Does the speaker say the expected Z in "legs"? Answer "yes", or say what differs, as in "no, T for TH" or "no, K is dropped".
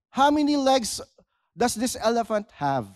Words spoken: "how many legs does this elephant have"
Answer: no, S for Z